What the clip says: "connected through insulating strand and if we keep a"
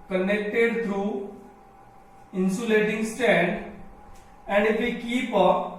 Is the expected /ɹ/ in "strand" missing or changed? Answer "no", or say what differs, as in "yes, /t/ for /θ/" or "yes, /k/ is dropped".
yes, /ɹ/ is dropped